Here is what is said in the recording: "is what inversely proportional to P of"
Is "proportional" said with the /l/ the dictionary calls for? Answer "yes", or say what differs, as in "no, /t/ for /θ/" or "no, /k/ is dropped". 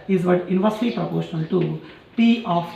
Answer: yes